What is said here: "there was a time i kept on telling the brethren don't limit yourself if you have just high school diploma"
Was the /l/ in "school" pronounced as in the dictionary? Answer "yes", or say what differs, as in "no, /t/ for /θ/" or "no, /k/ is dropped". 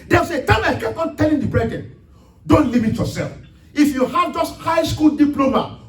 yes